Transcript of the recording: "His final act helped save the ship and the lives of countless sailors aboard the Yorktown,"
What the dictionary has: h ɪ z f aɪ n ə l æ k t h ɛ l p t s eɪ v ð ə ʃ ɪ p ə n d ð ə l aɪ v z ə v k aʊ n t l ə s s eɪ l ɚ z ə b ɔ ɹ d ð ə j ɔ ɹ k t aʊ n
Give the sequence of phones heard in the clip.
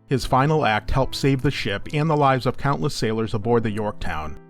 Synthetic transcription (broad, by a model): h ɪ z f aɪ n l æ k t h ɛ l p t s eɪ v ð ə ʃ ɪ p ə n ð ə l aɪ v z ə v k aʊ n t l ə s s eɪ l ɚ z ə b ɔ ɹ d ð ə j ɔ ɹ k t aʊ n